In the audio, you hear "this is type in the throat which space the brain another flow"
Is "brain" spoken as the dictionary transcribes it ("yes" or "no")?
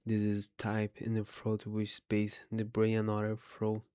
no